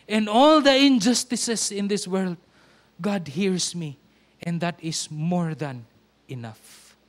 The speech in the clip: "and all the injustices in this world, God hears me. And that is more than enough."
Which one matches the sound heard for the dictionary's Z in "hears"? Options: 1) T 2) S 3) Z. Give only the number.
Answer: 2